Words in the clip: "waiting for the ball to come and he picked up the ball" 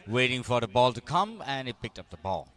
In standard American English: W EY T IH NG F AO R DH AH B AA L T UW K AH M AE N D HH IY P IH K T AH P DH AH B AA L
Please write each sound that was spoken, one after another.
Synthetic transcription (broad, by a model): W EY T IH NG F AO R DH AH B AA L T UW K AH M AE N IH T P IH K T AH P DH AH B AA L